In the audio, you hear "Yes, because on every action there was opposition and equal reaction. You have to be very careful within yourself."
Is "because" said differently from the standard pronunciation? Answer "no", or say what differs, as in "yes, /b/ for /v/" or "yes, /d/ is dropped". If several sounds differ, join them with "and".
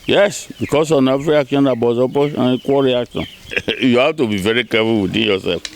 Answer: yes, /s/ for /z/